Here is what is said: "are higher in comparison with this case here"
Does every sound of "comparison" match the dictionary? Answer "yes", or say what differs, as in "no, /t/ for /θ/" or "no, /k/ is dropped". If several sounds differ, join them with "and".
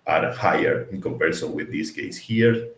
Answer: no, /l/ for /n/